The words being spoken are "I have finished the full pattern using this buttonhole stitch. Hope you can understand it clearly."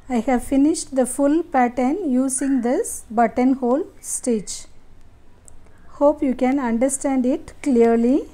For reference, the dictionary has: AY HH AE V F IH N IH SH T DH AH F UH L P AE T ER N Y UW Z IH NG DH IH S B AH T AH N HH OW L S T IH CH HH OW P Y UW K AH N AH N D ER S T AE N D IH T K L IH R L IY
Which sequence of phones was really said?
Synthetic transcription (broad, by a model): AY HH AE V F IH N IH SH T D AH F UH L P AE T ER N Y UW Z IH NG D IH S B AH T AH N HH OW L S T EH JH HH OW P Y UW K AH N AH N D ER S T AE N D IH T K L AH R L IY